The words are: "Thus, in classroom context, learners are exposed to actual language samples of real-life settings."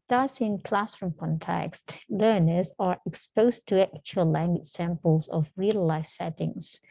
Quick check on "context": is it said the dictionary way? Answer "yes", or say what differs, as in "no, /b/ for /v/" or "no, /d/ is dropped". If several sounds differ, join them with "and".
yes